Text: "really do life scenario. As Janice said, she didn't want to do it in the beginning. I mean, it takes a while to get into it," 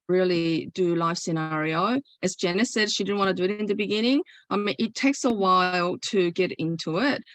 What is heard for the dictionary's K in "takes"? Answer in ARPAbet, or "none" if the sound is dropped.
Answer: K